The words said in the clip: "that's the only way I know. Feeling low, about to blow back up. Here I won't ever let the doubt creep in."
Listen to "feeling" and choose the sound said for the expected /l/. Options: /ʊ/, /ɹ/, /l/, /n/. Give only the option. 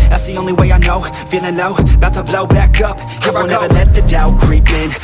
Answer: /n/